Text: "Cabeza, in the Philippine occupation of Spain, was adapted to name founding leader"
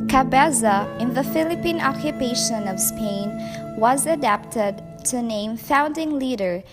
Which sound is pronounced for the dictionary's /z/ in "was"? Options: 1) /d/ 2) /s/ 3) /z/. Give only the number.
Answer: 3